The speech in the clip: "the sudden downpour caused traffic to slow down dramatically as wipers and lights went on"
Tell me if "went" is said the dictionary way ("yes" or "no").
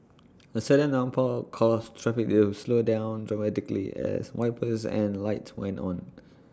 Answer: yes